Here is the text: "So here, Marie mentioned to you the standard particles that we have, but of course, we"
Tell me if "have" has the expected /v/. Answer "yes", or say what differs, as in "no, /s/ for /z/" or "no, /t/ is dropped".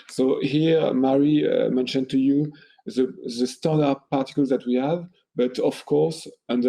yes